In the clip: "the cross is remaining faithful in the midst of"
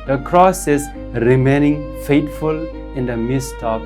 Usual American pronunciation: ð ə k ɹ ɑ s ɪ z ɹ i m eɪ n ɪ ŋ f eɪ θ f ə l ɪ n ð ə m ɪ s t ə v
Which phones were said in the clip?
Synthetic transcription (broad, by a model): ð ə k ɹ ɑ s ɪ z ɹ i m eɪ n ɪ ŋ f eɪ t f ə l ɪ n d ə m ɪ s t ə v